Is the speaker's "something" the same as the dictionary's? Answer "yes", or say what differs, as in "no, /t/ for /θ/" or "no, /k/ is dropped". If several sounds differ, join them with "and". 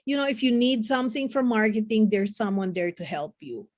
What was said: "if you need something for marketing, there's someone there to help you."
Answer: yes